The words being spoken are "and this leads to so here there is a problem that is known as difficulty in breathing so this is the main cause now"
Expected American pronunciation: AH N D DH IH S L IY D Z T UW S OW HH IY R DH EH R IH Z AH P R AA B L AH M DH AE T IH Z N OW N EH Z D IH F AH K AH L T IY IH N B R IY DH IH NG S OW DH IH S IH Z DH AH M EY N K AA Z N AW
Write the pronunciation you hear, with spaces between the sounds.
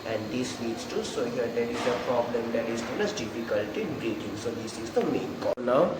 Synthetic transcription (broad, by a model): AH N D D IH S N IY D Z T UW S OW HH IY R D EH R IH Z AH P R AA B L AH M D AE T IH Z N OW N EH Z D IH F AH K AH L T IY IH N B R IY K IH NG S OW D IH S IH Z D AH M EY N K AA N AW